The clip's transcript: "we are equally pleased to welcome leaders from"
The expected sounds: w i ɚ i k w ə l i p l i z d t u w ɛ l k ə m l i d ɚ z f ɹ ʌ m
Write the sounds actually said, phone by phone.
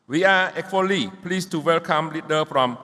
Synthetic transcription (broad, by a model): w i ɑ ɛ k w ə l i p l i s t u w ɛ l k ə m l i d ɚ f ɹ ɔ m